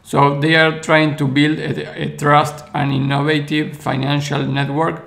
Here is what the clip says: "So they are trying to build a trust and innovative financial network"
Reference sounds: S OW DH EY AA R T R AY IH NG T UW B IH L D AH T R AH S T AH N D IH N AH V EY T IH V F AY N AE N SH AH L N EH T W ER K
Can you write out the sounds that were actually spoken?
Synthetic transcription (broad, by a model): S OW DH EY AA R T R AY IH NG T UW B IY L D AH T R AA S T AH N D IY N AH V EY T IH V F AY N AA N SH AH L N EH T W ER K